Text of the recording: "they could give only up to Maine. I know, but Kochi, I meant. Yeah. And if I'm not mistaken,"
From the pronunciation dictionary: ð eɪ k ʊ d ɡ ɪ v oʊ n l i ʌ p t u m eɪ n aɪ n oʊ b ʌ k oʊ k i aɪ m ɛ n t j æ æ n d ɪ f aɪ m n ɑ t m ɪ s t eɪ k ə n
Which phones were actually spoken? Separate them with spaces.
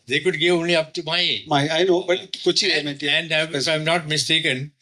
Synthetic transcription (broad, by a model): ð eɪ k ʊ d ɡ ɪ v oʊ n l i ʌ p t u m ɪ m aɪ n oʊ b ʌ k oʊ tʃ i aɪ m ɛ t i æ n d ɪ aɪ m n ɑ t m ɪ s t eɪ k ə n